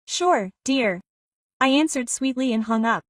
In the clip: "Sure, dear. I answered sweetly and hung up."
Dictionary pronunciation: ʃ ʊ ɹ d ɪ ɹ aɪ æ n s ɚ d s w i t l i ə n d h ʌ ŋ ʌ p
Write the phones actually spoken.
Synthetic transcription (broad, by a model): ʃ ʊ ɹ d ɪ ɹ aɪ æ n s ɚ d s w i t l i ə n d h ʌ ŋ ʌ p